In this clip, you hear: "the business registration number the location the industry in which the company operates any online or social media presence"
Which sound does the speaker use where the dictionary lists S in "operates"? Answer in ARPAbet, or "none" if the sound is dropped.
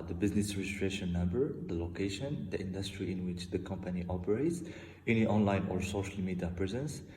S